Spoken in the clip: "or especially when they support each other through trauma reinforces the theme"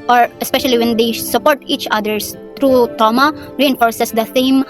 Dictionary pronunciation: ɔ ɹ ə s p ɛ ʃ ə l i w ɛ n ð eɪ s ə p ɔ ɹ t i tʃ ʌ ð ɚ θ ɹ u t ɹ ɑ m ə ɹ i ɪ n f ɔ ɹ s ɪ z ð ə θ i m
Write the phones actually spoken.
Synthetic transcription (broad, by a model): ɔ ɹ ə s p ɛ ʃ ə l i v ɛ n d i s ə p ɔ ɹ t i tʃ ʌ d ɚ t ɹ u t ɑ m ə ɹ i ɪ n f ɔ ɹ s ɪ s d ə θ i m